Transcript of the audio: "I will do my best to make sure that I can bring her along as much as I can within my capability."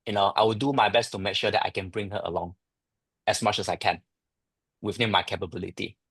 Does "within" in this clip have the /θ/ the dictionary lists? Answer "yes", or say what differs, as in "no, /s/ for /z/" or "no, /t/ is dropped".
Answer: no, /f/ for /θ/